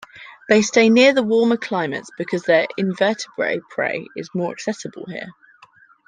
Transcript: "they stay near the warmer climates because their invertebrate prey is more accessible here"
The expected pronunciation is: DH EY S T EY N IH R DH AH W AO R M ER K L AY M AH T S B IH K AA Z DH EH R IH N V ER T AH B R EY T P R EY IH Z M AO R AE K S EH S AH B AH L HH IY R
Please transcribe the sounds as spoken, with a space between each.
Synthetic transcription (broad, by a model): DH EY S T EY N IH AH DH AH W AO M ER K L AY M AH T S B IH K AA Z DH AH R IH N V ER T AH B R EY P R EY IH Z M AO R AE K S EH S AH B AH L HH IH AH